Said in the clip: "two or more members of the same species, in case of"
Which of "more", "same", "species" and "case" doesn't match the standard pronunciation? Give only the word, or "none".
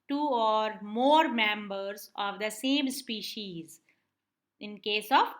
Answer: none